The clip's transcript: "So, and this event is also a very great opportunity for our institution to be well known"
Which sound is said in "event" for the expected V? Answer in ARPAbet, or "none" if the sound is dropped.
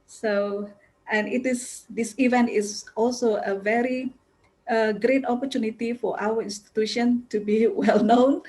V